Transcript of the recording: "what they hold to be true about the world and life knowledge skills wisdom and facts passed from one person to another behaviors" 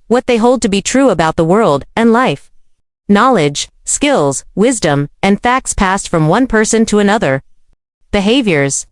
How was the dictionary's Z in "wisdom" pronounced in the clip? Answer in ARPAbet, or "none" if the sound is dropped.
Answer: Z